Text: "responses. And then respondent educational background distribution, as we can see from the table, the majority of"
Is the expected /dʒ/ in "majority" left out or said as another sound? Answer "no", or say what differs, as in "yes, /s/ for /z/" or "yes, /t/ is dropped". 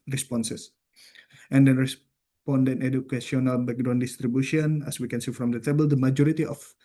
no